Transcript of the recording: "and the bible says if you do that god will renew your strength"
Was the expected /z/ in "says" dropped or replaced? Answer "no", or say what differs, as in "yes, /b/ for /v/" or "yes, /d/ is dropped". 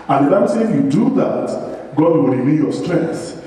yes, /z/ is dropped